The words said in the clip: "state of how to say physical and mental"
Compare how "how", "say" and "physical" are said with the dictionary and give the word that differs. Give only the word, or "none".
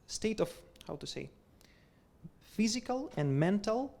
none